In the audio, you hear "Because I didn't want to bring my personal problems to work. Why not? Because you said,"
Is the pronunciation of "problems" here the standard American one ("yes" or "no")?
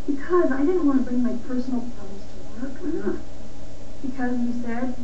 no